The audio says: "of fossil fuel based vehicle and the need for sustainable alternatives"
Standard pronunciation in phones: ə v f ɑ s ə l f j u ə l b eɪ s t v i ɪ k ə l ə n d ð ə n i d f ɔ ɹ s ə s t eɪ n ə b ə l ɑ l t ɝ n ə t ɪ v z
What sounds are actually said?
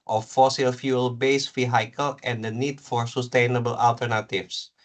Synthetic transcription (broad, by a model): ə f ɑ s ə l f j u ə l b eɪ s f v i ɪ k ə l ə n d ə n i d f ɔ ɹ s ə s t eɪ n ə b ə l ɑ l t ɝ n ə t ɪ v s